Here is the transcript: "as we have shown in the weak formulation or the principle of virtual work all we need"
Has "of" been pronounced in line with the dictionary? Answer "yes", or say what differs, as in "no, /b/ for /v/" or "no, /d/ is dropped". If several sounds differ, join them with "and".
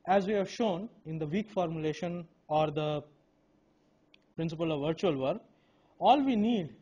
yes